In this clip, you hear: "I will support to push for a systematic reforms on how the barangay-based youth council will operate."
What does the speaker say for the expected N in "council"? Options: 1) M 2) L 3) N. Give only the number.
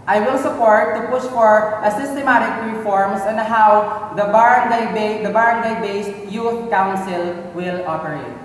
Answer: 3